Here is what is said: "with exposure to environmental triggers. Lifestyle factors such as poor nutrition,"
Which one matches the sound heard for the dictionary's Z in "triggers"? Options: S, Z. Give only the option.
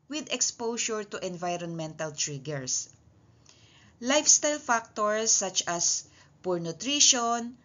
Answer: S